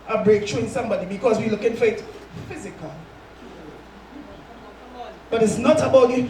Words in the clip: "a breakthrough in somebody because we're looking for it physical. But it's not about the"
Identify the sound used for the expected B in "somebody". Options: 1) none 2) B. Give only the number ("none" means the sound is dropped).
2